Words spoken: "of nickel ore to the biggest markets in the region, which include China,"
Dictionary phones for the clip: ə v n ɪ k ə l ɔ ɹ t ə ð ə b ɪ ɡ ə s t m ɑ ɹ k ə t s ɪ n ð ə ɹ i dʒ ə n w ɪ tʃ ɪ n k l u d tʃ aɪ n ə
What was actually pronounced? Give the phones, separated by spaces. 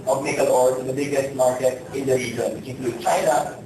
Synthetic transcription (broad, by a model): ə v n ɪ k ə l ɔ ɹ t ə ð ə b ɪ ɡ ə s t m ɑ ɹ k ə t ɪ n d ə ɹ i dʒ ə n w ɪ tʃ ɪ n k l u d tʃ aɪ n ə